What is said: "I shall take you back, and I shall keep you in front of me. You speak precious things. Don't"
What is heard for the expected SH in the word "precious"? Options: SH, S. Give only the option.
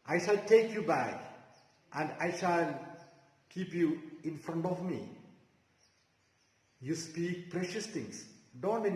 SH